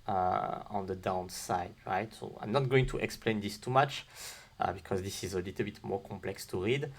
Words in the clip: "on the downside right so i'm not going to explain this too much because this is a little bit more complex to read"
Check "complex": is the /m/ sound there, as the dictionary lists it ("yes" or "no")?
yes